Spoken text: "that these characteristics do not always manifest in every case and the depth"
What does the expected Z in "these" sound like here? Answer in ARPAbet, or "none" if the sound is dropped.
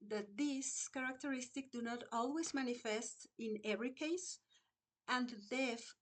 S